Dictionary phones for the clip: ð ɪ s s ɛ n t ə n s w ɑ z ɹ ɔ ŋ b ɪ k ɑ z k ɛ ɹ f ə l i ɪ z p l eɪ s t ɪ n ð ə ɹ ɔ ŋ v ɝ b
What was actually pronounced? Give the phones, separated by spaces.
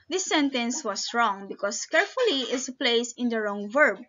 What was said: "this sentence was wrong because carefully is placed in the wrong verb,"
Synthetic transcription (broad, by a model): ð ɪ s s ɛ n t ə n s w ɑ s ɹ ɔ ŋ b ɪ k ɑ s k ɛ ɹ f ə l i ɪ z p l eɪ s ɪ n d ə ɹ ɔ ŋ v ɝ b